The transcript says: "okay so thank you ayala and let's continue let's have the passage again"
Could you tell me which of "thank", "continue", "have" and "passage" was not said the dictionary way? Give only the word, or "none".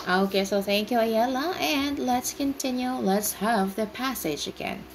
none